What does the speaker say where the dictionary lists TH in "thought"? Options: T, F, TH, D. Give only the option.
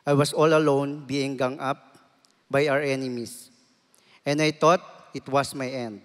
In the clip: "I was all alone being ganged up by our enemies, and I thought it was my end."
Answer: T